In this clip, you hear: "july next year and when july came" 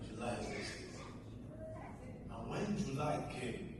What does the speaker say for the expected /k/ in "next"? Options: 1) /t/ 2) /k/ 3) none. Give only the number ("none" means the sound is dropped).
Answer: 3